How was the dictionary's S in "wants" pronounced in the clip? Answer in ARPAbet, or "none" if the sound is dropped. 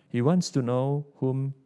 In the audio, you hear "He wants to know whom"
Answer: S